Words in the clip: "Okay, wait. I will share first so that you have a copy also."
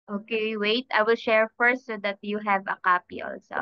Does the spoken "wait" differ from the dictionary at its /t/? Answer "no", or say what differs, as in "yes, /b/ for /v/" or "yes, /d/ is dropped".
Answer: no